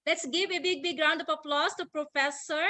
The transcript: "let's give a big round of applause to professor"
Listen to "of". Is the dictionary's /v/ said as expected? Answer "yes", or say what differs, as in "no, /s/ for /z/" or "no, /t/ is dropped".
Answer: no, /p/ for /v/